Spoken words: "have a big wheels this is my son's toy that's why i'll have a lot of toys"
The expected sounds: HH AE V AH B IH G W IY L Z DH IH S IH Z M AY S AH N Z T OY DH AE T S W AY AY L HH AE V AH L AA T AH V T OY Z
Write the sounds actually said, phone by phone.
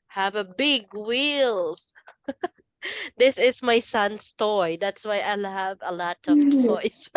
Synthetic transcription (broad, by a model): HH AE V AH B IH G W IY L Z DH IH S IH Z M AY S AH N S T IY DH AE T S W AY AY L HH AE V AH L AA T AH V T OY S